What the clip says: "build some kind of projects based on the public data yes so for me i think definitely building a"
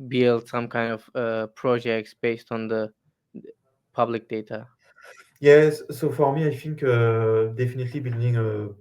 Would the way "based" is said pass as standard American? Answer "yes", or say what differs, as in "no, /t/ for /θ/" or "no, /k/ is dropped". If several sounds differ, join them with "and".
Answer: yes